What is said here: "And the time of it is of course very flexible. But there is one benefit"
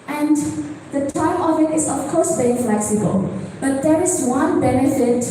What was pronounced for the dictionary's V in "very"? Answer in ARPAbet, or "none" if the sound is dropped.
B